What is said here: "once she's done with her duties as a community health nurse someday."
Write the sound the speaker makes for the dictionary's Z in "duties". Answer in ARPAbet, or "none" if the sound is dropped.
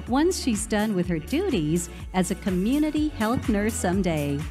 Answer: Z